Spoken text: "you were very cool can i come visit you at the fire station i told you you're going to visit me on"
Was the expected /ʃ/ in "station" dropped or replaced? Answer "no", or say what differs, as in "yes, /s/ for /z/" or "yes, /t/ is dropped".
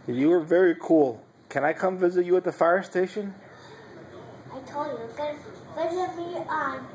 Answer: no